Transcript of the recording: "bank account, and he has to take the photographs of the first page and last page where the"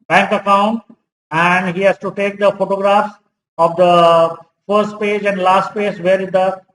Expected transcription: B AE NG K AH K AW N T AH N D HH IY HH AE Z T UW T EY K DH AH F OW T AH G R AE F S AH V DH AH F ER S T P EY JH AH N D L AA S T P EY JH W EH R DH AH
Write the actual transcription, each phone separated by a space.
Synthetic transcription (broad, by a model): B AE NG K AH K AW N AH N D HH IY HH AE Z T UW T EY K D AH F OW T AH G R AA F S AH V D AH F ER S T P EY JH AH N D L AA S T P EY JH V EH R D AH